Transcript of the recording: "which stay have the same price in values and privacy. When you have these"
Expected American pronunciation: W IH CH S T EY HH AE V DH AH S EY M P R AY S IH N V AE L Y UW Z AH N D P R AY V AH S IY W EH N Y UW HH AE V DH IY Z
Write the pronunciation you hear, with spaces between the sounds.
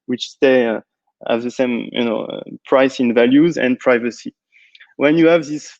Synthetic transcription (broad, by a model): W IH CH S T EY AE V DH AH S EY M P R AY S IH N V AE L Y UW Z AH N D P R AY V AH S IY W EH N Y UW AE V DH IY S